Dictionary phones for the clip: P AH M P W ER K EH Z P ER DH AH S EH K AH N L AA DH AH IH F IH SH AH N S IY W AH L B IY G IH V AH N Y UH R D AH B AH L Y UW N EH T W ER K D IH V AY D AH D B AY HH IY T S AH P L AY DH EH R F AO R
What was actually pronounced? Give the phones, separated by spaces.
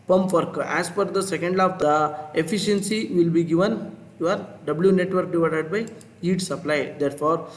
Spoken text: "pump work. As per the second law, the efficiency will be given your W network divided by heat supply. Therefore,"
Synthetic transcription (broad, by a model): P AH M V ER K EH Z F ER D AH S EH K AH N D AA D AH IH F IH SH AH N S IY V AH L B IY G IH V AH N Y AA R D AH B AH L Y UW N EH T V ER K D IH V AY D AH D B AY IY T S AH P L AY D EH R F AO R